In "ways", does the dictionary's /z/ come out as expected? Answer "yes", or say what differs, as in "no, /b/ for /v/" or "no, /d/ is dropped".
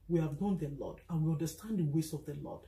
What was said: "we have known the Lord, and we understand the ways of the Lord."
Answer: no, /s/ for /z/